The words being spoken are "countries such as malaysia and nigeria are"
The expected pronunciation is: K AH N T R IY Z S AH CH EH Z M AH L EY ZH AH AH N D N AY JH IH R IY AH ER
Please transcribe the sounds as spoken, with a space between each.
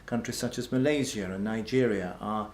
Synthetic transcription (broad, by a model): K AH N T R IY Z S AH CH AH Z M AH L EY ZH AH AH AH N AY JH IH R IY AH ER